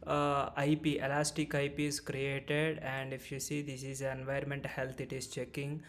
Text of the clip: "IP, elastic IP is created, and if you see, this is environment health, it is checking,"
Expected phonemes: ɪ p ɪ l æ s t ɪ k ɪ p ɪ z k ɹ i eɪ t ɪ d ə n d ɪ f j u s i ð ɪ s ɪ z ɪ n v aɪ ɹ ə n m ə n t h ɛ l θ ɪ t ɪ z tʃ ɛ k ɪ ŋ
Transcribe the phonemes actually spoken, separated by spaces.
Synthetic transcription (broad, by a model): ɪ p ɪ l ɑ s t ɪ k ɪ p ɪ z k ɹ i eɪ t ɪ d ə n d ɪ f j u s i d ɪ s ɪ z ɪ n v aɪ ə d m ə n t h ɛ l t ɪ t ɪ z tʃ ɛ k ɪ ŋ